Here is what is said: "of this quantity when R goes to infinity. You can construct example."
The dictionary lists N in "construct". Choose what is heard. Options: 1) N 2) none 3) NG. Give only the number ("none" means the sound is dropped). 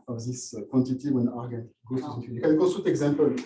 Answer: 2